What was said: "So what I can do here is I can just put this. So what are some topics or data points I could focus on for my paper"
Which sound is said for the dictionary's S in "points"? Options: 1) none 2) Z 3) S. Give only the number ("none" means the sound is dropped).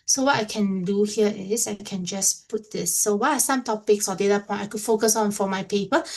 1